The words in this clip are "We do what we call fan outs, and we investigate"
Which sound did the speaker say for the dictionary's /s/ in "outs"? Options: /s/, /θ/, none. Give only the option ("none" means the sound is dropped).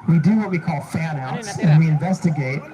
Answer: /s/